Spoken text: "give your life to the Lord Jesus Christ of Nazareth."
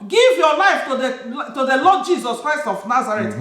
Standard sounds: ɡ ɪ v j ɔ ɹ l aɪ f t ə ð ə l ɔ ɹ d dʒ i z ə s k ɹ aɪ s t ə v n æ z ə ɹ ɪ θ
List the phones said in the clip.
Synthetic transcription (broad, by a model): ɡ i v j ɔ l aɪ f t ə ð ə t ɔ l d dʒ i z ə s k ɹ aɪ s t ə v n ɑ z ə ɹ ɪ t